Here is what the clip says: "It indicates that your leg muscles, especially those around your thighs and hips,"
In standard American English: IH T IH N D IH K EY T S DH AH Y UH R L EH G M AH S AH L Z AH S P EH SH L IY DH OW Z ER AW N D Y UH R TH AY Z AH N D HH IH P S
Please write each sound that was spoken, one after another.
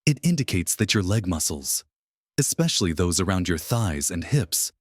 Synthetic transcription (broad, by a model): IH T IH N D IH K EY T S DH AH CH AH R L EH G M AH S L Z AH S P EH SH L IY DH OW Z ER AW N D Y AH R TH AY Z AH N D HH IH P S